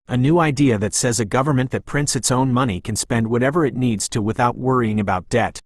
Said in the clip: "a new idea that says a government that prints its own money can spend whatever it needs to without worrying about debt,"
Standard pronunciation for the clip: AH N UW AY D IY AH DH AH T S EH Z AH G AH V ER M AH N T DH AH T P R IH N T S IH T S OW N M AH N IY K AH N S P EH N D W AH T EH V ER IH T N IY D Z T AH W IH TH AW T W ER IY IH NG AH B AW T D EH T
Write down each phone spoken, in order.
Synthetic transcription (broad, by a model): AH N UW AY D IY AH DH AH T S EH Z AH G AH V ER M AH N DH AH T P R IH N T S IH T S OW N M AH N IY K AH N S P EH N D W AH T EH V ER IH T N IY D Z T AH W IH TH AW T W ER IY IH NG AH B AW T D EH T